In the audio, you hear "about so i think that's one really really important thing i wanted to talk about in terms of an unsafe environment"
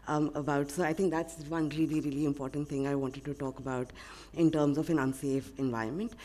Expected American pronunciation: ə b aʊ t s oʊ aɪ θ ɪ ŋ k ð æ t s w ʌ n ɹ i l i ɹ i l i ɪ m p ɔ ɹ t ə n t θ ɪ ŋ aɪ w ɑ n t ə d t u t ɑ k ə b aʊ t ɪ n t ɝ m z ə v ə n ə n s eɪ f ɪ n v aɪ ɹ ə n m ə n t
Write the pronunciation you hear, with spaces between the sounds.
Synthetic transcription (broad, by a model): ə b aʊ t s oʊ aɪ t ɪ ŋ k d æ t s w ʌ n ɹ i l i ɹ i l i ɪ m p ɔ ɹ t ə n t t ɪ ŋ aɪ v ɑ n t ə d t u t ɑ k ə b aʊ t ɪ n t ɝ m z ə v ə n ə n s eɪ f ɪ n v aɪ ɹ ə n m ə n t